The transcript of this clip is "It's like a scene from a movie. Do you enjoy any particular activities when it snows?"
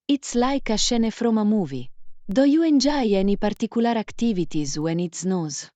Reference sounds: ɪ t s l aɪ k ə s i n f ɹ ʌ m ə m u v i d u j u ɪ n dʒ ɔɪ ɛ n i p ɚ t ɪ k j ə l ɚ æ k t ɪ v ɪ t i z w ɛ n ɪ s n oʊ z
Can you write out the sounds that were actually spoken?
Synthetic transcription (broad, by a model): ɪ t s l aɪ k ə ʃ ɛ n f ɹ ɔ m ə m u v i d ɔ j u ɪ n dʒ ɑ ɛ n i p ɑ t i k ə l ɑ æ k t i v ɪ t i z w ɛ n ɪ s n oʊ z